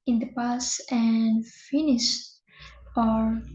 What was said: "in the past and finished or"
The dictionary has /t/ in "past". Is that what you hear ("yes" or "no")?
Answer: no